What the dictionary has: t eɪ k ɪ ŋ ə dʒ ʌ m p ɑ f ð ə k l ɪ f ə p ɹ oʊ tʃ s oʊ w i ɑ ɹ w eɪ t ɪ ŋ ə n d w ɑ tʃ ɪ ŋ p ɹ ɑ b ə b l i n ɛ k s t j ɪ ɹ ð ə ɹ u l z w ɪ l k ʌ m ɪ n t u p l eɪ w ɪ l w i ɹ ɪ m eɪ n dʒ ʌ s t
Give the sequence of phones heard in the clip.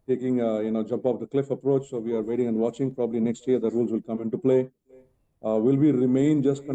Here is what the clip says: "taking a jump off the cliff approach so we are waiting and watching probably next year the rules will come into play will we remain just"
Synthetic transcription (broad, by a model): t eɪ k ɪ ŋ ə dʒ ʌ m p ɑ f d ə k l ɪ f ə p ɹ oʊ tʃ s oʊ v i ɑ ɹ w eɪ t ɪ ŋ ə n d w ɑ tʃ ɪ ŋ p ɹ ɑ b ə b l i n ɛ k s t j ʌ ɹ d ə ɹ u l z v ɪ l k ʌ m ɪ n t u p l eɪ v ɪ l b i ɹ ɪ m eɪ n dʒ ʌ s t